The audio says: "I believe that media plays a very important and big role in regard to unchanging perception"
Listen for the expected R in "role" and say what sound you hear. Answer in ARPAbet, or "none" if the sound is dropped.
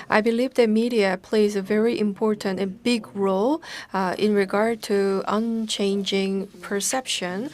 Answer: R